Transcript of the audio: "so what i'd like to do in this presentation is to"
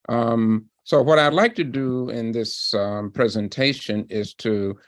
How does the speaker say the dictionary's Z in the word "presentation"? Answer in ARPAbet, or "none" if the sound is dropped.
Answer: Z